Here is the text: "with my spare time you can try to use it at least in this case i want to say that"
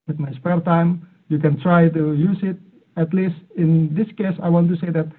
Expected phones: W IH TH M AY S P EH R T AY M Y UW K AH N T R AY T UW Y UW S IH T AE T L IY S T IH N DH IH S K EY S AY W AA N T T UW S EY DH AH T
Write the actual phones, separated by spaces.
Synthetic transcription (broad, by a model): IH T M AY S P EH R T AY M Y UW K AH N T R AY T UW Y UW S IH T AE T L IY S T IH N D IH S K EY S AY W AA N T T UW S EY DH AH T